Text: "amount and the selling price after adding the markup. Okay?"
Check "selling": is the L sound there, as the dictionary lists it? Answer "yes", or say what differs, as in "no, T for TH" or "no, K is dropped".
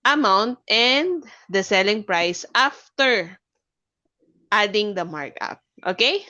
yes